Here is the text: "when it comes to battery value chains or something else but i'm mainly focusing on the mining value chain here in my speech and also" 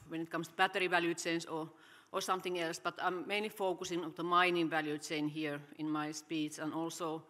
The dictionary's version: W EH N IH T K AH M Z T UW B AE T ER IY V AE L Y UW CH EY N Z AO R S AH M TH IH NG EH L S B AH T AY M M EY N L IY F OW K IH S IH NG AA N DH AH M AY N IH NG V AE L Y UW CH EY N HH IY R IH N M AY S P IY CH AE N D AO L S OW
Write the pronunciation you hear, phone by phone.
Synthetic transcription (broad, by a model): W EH N IH T K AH M S T UW B AE T ER IY V AE L Y UW CH EY N S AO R S AH M TH IH NG EH L S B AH T AY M M EY N L IY F OW K IH S IH NG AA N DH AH M AY N IH NG V AE L Y UW CH EY N HH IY R IH N M AY S P IY S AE N AO L S OW